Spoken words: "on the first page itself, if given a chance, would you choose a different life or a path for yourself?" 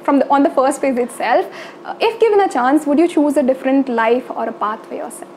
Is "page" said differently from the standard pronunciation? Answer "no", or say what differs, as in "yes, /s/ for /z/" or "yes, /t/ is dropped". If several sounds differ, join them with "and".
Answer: yes, /f/ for /p/ and /z/ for /dʒ/